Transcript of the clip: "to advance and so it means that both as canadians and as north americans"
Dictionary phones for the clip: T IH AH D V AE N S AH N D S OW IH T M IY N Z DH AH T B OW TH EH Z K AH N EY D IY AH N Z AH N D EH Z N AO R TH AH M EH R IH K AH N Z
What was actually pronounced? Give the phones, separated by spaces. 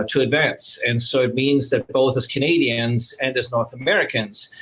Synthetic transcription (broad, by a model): T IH AH D V AE N S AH N S OW IH T M IY N Z DH AH T B OW TH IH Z K AH N EY D IY AH N Z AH N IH Z N AO R TH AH M EH R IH K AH N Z